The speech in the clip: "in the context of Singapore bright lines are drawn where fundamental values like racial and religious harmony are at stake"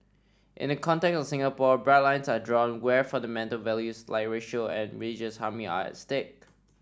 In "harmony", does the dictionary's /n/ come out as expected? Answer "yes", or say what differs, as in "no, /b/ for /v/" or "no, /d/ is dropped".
no, /n/ is dropped